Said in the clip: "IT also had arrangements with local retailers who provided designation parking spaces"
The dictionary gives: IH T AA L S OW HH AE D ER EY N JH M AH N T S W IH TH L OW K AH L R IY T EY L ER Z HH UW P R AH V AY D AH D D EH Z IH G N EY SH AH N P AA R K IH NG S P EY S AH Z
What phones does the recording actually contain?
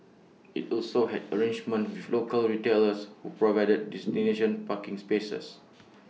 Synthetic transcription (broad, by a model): IH T AA L S OW HH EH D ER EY N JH M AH N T W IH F L OW K AH L R IY T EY L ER S HH UW P R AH V AY D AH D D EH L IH N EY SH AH N P AA K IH NG S P EY S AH S